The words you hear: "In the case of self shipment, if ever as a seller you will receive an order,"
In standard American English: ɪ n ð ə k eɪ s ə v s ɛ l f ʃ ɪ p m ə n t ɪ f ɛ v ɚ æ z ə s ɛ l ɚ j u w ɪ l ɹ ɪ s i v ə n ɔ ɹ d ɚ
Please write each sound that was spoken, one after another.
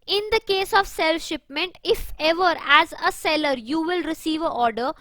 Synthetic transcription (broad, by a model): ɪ n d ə k eɪ s ə v s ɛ l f ʃ ɪ p m ə n t ɪ f ɛ v ɚ æ z ə s ɛ l ɚ j u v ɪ l ɹ ɪ s i v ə ɔ ɹ d ɚ